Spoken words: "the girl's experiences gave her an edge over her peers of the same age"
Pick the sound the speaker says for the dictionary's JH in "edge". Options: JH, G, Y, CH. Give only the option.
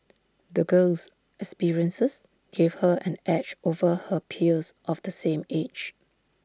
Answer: CH